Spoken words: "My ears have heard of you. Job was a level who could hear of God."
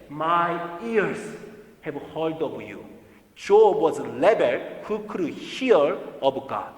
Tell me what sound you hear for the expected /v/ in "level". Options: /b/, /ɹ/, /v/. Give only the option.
/b/